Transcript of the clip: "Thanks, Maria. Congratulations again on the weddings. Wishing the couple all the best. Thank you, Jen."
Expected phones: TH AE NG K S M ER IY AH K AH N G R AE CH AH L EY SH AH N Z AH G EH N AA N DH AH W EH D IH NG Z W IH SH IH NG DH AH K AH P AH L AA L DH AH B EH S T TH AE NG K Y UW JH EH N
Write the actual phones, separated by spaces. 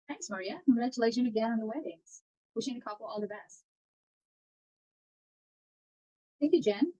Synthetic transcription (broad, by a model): TH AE NG K S M ER IY AH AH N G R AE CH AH L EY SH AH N AH G EH N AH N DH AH W EH D IH NG Z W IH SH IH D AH K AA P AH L AA L DH AH B EH S T TH AE NG K Y UW JH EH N